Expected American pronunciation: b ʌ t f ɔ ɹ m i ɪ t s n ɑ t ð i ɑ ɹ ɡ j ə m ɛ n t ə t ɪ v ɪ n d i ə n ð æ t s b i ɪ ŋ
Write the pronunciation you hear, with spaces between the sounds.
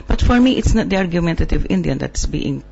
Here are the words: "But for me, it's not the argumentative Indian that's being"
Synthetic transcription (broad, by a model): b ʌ t f ɔ ɹ m i ɪ t s n ɑ t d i ɑ ɹ ɡ j ə m ɛ n t ə t ɪ v ɪ n d i ə n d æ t s b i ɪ ŋ